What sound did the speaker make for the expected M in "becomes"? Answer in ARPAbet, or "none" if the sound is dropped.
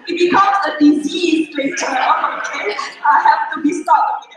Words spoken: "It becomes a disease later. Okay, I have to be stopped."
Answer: none